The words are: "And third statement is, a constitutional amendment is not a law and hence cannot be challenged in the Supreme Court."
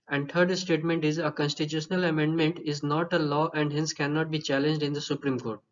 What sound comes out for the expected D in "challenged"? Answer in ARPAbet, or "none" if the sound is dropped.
D